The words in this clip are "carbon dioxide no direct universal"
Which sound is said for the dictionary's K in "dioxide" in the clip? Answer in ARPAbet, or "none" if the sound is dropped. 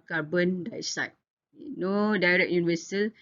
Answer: none